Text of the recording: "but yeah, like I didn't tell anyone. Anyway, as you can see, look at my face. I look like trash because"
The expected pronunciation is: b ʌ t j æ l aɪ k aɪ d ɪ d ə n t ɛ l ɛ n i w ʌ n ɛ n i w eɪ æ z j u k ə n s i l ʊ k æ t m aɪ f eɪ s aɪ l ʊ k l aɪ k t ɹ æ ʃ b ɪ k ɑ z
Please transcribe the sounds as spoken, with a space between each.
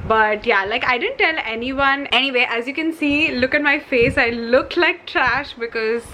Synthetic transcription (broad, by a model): b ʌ t j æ l aɪ k aɪ d ɪ d ə n t ɛ l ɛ n i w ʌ n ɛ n i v eɪ æ z j u k ə n s i l ʊ k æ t m aɪ f eɪ s aɪ l ʊ k l aɪ k t ɹ æ ʃ b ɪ k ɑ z